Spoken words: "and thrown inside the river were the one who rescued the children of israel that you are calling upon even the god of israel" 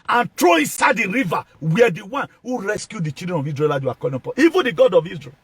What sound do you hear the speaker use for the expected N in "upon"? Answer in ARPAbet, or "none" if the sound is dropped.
none